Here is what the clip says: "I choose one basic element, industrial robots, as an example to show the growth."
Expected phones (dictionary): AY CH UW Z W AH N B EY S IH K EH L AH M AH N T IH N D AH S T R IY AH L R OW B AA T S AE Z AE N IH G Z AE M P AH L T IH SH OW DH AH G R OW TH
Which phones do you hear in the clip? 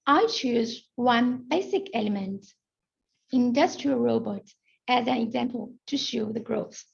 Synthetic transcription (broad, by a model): AY CH UW Z W AH N B EY S IH K EH L AH M AH N T IH N D AH S T R IY AH L R OW B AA T AE Z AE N IH G Z AE M P AH L T IH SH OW DH AH G R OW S